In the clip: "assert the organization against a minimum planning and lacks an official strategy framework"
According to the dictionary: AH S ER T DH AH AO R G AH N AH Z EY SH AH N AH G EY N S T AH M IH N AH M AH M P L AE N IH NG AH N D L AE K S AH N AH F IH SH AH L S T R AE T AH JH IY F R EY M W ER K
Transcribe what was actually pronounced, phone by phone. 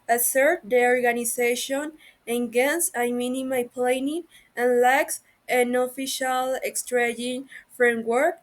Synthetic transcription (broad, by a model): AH S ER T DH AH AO R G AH N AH S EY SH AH N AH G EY N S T AH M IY N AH M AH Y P L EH N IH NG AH N L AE K S AH N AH F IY SH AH L S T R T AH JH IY F R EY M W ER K